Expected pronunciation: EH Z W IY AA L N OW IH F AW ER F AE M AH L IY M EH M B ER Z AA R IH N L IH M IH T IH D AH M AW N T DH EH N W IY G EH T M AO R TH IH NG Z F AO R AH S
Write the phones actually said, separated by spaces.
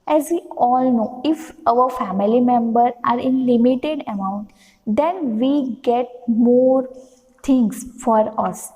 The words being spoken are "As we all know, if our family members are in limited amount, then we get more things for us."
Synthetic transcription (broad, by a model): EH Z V IY AA L N OW IH F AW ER F AE M AH L IY M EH M B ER AA R IH N L IH M IH T IH D AH M AW N T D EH N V IY G EH T M AO R T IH NG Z F AO R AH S